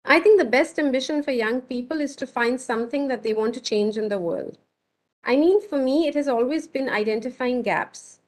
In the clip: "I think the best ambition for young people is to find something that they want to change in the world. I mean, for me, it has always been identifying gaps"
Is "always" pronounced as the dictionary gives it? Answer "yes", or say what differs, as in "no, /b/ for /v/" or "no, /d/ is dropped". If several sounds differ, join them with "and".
yes